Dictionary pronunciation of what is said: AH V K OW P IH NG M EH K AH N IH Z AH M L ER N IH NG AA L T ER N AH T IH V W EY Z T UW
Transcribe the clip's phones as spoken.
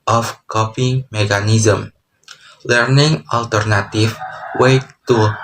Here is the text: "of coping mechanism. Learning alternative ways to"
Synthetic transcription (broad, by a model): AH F K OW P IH NG M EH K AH N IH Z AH M L ER N IH NG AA L T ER N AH T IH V W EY T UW